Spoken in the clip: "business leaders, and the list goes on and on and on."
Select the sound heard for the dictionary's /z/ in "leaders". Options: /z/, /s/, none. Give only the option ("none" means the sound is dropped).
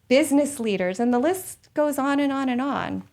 /z/